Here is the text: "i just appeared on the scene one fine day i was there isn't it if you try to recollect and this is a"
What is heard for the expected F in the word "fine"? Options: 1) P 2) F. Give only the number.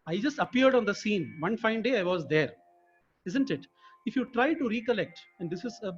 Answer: 2